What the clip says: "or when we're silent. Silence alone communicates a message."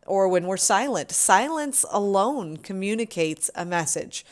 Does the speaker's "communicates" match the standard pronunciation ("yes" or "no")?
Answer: yes